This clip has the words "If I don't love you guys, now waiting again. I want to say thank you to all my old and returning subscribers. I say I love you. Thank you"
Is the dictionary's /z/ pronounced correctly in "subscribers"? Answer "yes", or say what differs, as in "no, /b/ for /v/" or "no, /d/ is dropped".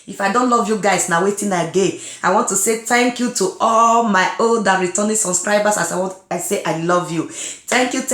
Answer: no, /s/ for /z/